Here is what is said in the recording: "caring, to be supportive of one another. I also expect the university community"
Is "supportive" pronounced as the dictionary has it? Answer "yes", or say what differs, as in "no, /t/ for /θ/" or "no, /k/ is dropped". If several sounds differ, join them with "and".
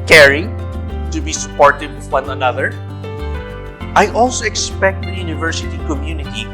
no, /w/ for /v/